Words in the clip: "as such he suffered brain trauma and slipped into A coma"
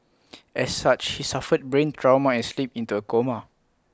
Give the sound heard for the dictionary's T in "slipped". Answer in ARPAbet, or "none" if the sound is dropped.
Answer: none